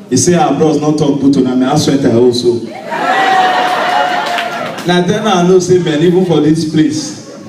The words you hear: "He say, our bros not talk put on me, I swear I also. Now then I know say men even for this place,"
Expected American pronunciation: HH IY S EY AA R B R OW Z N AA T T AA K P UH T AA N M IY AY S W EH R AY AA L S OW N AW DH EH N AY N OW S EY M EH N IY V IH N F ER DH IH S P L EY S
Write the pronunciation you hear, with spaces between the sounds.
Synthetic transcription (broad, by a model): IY S EY AA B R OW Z N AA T T AA K B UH T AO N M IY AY S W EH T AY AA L S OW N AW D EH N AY N OW S EY M EH N IY V IH N F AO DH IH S P L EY S